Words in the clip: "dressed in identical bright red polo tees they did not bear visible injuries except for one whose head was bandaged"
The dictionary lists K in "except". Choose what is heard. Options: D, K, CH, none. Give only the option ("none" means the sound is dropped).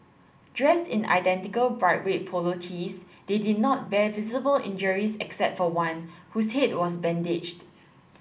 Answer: K